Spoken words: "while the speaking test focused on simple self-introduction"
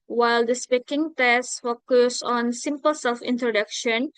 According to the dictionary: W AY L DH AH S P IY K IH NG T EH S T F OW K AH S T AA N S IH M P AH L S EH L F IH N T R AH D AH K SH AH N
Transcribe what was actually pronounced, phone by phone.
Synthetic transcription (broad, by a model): W AY L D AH S P IY K IH NG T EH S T F OW K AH S AA N S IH M P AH L S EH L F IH N T R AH D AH K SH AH N